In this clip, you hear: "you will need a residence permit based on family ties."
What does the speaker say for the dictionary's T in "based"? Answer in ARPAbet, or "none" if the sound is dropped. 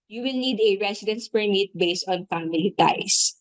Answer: T